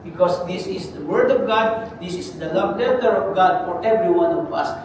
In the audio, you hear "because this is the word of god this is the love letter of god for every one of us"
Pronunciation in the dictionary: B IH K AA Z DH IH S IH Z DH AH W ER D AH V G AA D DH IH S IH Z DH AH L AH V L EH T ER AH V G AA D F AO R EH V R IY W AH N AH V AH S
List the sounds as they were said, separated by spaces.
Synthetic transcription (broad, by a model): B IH K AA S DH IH S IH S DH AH W ER D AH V G AA D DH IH S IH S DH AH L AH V N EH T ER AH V G AA D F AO R EH V R IY W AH N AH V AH S